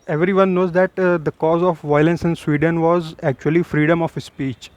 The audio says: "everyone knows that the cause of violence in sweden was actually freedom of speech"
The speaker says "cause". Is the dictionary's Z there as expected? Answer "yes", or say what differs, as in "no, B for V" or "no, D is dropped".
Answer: yes